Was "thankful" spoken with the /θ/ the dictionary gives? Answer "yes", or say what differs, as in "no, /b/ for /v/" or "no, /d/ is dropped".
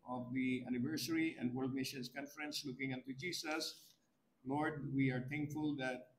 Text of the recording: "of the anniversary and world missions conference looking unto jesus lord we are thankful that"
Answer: no, /t/ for /θ/